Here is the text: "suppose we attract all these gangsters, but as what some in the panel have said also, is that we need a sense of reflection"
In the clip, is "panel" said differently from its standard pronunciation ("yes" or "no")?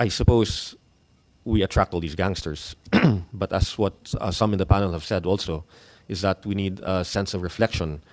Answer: no